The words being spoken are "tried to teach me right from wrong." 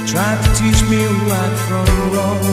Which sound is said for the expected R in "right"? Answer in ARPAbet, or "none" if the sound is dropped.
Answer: W